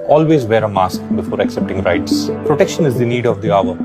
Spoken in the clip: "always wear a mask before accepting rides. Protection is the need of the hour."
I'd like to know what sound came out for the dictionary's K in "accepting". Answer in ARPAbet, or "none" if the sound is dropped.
K